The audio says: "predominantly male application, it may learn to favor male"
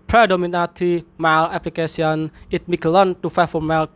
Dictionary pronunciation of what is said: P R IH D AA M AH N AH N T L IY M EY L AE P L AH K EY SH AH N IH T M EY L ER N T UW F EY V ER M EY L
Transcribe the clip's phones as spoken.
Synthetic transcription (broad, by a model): P R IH D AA M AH N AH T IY M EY L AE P L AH K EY S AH N IH T M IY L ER N T UW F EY F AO M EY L